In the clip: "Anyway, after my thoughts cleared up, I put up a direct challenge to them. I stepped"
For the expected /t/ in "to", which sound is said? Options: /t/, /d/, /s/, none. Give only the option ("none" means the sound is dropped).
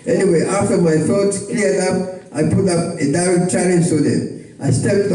/s/